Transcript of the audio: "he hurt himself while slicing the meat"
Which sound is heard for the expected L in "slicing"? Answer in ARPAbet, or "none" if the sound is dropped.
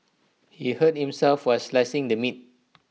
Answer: L